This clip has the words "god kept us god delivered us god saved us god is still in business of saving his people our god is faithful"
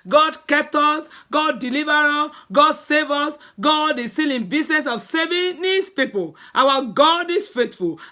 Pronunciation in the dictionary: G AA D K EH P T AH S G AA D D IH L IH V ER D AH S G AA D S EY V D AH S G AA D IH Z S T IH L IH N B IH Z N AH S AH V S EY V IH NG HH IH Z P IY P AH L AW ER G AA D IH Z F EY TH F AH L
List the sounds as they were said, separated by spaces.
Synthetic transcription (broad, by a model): G AA D K EH P T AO S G AA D D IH L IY V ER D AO G AA D S EY V AO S G AA D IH S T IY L IH N B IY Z N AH S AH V S EY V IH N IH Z P IY P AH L AW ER G AA D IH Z F EY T F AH L